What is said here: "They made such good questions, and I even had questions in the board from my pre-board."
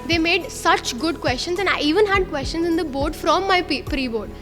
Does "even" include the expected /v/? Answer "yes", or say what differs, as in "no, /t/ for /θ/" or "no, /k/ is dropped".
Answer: yes